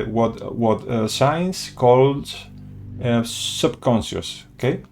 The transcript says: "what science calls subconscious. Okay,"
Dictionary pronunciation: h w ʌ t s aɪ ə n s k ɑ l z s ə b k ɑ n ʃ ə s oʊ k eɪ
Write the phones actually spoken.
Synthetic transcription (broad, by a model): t w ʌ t s aɪ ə n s k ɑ l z s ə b k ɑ n s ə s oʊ k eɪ